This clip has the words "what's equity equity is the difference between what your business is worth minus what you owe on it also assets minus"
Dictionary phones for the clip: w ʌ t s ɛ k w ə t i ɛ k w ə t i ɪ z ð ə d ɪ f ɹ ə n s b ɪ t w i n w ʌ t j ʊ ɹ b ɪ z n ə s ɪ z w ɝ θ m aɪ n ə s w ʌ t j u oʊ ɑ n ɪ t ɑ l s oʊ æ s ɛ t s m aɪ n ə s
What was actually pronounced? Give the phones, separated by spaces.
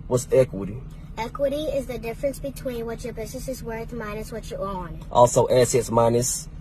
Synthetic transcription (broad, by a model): w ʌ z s ɛ k w ə t i ɛ k w ə t i ɪ z ð ə d ɪ f ɹ ə n s b ɪ t w i n w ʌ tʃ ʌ ɹ b ɪ z n ə s ɪ z w ɝ θ m aɪ n ə s w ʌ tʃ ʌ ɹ ɑ n t ɑ l s oʊ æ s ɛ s m aɪ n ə s